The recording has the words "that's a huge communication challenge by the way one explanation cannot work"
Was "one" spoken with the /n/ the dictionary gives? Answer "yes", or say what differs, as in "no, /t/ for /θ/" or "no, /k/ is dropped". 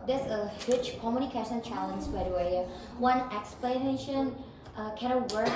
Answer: yes